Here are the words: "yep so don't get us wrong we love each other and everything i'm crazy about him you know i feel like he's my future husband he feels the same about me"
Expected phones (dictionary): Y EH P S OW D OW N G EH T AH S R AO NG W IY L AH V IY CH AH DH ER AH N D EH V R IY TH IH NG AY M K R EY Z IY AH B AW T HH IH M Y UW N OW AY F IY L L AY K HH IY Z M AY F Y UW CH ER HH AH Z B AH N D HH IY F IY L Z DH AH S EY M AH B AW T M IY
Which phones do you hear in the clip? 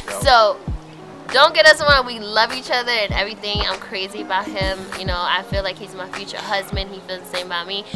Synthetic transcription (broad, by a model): S OW D OW N G EH T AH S W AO W IY L AH V IY CH AH DH ER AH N EH V R IY TH IH NG AY M K R EY Z IY AH B AW T HH IH M Y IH N OW AY F IY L L AY K HH IY Z M AY F Y UW CH ER HH AH Z B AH N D HH IY F IY L Z DH AH S EY M AH B AW T M IY